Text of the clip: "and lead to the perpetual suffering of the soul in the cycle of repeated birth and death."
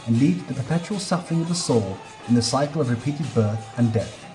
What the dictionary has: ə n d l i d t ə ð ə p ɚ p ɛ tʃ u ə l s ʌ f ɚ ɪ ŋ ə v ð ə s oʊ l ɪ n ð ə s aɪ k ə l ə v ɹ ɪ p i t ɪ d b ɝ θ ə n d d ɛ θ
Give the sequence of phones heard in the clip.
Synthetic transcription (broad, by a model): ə n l i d ð ə p ɚ p ɛ tʃ u ə l s ʌ f ɚ ɪ ŋ ə v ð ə s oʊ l ɪ n ð ə s aɪ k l ə v ɹ ɪ p i t ɪ d b ɝ θ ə n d d ɛ θ